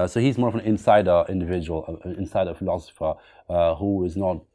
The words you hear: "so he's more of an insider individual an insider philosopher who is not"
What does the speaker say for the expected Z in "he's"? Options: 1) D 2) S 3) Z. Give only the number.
3